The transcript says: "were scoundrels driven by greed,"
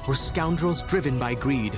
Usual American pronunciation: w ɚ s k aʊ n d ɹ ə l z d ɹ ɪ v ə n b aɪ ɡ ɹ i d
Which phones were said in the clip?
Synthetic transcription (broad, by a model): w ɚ s k aʊ n d ɹ ə l z d ɹ ɪ v ə n b aɪ ɡ ɹ i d